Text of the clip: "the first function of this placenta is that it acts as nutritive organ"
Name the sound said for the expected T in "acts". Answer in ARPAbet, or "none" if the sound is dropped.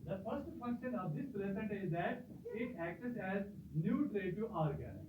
S